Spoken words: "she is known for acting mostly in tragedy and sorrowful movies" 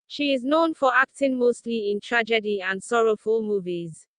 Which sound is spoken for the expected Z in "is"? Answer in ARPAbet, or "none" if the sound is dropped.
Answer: Z